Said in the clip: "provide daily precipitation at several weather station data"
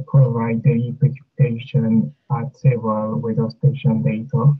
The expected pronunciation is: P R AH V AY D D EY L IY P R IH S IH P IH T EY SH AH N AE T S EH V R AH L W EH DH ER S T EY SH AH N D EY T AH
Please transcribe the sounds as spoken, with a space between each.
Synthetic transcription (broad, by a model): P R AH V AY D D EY IY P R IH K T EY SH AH N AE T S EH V AH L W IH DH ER S T EY SH AH N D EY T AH